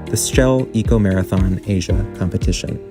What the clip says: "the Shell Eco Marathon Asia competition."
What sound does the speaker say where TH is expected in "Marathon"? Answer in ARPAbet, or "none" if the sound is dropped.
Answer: TH